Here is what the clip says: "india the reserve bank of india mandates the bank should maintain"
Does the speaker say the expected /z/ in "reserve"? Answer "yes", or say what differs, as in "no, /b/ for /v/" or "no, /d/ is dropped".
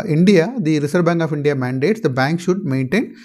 no, /s/ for /z/